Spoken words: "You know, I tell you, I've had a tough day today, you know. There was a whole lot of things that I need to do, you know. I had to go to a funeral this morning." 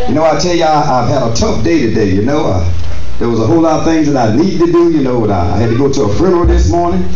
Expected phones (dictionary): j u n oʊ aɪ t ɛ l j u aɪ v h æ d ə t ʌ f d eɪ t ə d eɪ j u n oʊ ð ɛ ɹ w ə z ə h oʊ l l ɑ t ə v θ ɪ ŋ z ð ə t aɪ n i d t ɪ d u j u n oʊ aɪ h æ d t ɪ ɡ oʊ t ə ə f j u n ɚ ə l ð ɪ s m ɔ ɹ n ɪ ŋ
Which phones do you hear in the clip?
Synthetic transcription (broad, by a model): j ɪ n oʊ aɪ t ɛ l j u aɪ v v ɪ d ə t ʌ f d eɪ t ə d eɪ j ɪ n oʊ ð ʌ ɹ w ə z ə h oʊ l l ɑ t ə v θ ɪ ŋ z ð ə t aɪ n i d t ɪ d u j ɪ n oʊ aɪ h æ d t ɪ ɡ oʊ t ə ə f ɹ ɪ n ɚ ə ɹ ð ɪ s m ɔ ɹ n ɪ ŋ